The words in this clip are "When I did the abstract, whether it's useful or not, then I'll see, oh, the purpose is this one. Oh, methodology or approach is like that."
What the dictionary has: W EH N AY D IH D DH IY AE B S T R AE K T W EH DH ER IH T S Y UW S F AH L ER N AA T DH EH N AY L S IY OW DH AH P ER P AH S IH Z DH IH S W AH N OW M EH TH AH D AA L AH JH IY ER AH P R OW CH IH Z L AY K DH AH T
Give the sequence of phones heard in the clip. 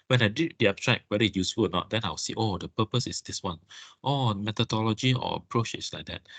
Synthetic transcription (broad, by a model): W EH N AY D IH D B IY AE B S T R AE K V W EH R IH Y UW S F AH L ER N AA T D EH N AY W S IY OW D AH P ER P AH S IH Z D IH S W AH N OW M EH T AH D AA L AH JH IY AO AH P R OW CH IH S L AY K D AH T